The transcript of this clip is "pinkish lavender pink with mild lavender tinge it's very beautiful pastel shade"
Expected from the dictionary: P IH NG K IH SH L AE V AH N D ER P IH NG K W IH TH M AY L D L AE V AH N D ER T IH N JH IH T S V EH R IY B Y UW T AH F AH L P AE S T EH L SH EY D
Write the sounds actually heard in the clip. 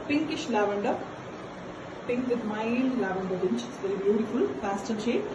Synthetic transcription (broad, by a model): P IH NG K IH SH L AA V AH N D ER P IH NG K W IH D M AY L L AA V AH N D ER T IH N CH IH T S V EH R IY B Y UW T AH F AH L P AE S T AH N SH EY